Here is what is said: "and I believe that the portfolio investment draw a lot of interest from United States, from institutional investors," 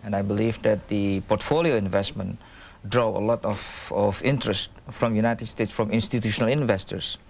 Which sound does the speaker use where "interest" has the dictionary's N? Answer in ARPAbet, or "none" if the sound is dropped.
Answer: N